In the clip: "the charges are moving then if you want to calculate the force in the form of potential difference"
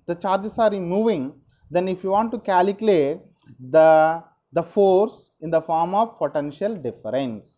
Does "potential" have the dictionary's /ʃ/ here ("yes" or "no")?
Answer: yes